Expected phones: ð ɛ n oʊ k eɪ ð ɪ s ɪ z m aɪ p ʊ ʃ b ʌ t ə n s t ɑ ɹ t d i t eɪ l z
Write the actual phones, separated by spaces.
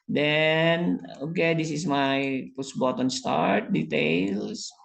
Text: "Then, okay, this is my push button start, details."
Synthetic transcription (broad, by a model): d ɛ n oʊ k eɪ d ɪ s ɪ s m aɪ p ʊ s b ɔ t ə n s t ɑ ɹ t d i t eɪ l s